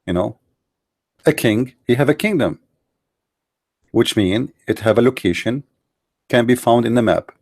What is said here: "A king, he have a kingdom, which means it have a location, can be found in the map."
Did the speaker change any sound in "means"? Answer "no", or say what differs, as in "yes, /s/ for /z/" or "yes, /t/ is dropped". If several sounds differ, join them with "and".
yes, /z/ is dropped